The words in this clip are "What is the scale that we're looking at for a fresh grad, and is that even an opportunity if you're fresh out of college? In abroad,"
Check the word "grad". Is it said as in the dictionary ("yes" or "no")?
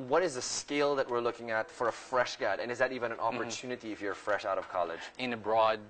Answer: no